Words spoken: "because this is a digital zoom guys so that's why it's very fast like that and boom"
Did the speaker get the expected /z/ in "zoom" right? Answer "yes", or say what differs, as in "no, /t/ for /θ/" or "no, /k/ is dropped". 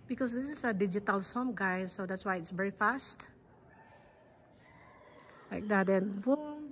no, /s/ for /z/